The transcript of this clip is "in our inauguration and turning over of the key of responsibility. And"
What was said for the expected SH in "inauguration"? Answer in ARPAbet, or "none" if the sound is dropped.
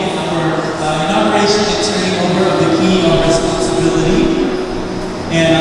none